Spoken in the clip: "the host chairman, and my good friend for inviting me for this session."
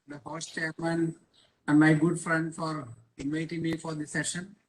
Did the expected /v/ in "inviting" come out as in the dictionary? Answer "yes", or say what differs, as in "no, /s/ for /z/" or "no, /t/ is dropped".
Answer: yes